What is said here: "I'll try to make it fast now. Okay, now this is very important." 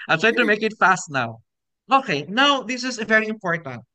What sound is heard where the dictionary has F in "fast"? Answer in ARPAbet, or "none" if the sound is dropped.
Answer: F